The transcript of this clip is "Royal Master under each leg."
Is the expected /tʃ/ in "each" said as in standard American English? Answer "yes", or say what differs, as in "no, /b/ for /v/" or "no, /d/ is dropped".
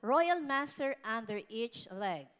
yes